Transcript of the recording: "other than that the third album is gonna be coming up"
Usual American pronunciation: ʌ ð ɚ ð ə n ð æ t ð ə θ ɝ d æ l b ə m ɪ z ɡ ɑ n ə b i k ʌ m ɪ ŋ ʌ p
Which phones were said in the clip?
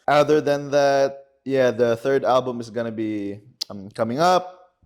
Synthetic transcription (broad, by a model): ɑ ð ɚ ð ə n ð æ t ð ə θ ɝ d æ l b ə m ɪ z ɡ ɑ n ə b i k ʌ m ɪ ŋ ʌ p